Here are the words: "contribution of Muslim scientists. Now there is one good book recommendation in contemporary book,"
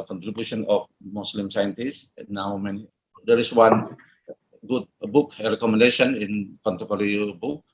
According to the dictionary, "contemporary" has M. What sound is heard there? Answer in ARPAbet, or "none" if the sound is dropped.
none